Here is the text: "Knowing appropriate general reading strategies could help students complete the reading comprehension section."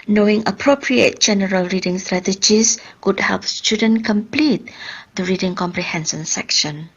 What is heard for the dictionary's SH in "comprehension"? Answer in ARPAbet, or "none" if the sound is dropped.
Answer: S